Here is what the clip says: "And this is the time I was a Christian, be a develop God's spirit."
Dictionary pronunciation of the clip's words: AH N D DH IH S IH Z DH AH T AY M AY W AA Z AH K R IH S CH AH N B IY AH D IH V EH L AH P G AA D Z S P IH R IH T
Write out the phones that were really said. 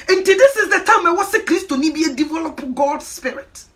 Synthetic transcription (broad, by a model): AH N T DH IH S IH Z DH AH T AY M AY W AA S AH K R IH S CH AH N B IY AH D IH V EH L AH P G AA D S P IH R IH T